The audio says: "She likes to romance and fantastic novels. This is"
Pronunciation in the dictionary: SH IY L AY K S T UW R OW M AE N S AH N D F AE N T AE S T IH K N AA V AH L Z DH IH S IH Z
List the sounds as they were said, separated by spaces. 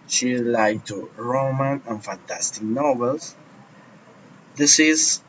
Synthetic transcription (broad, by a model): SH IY L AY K T UW R OW M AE N AH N F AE N T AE S T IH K N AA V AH L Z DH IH S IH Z